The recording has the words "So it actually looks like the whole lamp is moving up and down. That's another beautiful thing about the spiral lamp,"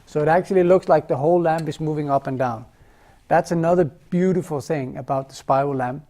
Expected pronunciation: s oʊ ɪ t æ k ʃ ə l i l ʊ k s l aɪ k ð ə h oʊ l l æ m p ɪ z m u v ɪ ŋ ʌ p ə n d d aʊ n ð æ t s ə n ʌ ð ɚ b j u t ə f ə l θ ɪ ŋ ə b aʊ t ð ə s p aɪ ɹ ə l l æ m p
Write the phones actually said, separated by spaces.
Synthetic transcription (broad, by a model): s oʊ ɪ t æ k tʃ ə l i l ʊ k s l aɪ k ð ə h oʊ l l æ m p ɪ z m u v ɪ ŋ ʌ p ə n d d aʊ n ð æ t s ə n ʌ ð ɚ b j u t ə f l θ ɪ ŋ ə b aʊ t ð ə s p aɪ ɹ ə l l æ m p